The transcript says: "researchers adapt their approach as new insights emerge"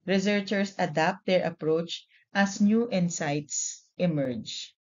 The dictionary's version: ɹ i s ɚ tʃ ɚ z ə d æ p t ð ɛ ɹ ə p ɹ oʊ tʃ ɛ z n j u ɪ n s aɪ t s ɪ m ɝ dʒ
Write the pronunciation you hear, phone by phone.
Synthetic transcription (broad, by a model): ɹ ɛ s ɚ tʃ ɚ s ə d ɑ p t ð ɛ ɹ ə p ɹ oʊ tʃ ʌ s n j u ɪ n s aɪ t s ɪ m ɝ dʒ